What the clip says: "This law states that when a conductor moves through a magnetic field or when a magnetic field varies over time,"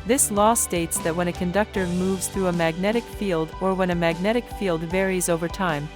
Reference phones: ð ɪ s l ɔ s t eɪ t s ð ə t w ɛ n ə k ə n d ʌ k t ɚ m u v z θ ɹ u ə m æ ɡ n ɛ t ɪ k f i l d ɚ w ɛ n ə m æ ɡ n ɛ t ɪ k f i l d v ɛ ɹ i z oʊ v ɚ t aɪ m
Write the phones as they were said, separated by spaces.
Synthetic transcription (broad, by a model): ð ɪ s l ɔ s t eɪ t s ð ə t w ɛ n ə k ə n d ʌ k t ɚ m u v z θ ɹ u ə m æ ɡ n ɛ t ɪ k f i l d ɚ w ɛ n ə m æ ɡ n ɛ t ɪ k f i l d v ɛ ɹ i z oʊ v ɚ t aɪ m